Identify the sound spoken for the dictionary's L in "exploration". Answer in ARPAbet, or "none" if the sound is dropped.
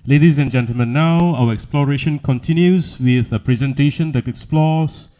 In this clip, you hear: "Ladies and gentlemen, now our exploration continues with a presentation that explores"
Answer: L